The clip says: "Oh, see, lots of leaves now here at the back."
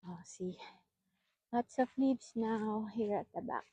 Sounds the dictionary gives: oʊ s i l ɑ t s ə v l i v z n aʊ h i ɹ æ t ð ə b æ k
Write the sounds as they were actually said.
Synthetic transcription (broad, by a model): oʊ s i w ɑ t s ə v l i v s n aʊ h i ɹ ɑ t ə b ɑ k